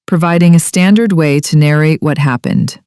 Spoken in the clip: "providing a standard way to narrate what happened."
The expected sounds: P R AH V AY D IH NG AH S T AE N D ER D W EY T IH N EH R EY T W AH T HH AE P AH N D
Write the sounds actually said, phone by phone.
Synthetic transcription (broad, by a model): P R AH V AY D IH NG AH S T AE N D ER D W EY T IH N EH R EY T W AH T HH AE P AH N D